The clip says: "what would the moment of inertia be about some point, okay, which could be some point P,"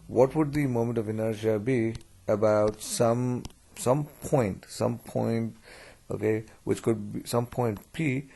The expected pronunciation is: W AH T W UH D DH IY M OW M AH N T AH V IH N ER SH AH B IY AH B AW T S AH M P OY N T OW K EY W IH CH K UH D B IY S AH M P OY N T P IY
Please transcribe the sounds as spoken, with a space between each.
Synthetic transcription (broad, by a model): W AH T W UH D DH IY M OW M AH N T AH V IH N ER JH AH B IY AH B AW T S AH M P OY N T OW K EY W IH CH K UH D B IY S AH M P OY N T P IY